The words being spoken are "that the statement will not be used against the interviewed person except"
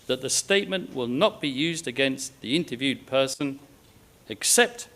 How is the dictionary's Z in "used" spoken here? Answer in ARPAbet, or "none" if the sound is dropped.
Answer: Z